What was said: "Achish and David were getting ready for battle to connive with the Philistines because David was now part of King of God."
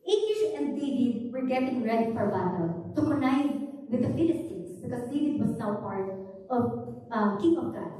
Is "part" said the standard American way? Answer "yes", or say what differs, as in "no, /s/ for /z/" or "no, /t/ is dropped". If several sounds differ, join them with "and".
yes